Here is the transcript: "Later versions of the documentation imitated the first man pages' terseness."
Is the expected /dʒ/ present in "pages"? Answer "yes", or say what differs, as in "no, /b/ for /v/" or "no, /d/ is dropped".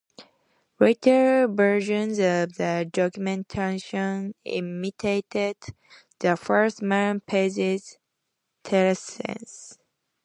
no, /z/ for /dʒ/